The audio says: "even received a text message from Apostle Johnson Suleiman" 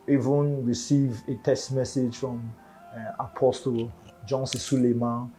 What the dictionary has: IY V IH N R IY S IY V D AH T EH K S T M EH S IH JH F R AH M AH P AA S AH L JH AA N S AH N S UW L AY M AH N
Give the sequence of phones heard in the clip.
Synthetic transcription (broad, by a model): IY V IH N R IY S IY V AH T EH S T M EH S IH JH F R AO M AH P AA S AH L JH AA N S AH S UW L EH M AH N